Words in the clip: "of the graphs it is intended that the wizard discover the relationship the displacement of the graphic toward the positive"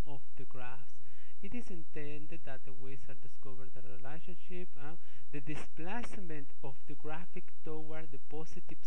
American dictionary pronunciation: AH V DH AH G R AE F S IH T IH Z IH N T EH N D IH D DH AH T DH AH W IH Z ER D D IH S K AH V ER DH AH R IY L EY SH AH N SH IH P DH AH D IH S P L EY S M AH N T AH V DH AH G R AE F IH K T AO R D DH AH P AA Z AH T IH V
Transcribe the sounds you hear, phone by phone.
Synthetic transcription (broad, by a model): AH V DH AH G R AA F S IH T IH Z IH N T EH N D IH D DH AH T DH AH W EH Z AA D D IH S K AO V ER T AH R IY L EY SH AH N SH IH P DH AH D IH S P L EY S M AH N T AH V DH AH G R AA F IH K T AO W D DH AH P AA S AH T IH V